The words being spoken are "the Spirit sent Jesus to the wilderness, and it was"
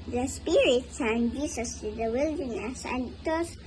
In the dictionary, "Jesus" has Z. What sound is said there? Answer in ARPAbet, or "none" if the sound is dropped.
S